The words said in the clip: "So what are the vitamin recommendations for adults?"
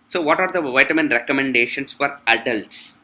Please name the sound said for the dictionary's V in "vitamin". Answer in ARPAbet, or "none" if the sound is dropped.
V